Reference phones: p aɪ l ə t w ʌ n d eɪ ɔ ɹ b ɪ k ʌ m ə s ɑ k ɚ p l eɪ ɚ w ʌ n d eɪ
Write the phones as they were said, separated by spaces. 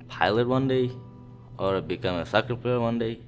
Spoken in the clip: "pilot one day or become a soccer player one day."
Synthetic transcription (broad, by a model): p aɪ l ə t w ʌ n d eɪ ɔ ɹ b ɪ k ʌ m ə s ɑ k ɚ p eɪ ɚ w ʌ n d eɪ